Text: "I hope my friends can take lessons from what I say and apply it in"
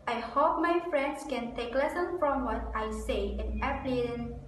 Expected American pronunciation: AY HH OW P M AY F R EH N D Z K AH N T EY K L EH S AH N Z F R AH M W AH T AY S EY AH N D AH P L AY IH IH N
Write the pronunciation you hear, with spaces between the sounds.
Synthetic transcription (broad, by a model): AY HH OW P M AY F R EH N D S K AH N T EY K L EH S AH N F R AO M W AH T AY S EY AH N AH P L IH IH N